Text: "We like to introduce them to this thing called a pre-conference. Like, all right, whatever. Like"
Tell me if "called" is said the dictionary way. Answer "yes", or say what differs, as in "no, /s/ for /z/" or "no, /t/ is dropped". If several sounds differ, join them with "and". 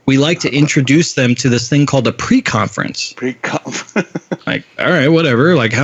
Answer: yes